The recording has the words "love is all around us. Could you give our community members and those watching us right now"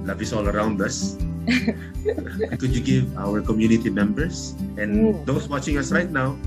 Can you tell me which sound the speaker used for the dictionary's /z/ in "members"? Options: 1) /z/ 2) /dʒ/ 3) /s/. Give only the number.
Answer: 3